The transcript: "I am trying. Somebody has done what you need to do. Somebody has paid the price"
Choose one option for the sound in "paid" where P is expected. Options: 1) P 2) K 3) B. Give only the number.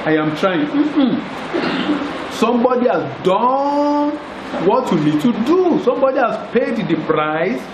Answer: 1